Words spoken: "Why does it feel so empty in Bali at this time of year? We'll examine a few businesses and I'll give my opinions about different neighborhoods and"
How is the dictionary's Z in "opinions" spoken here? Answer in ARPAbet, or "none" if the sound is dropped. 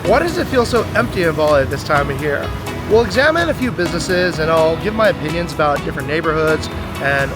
Z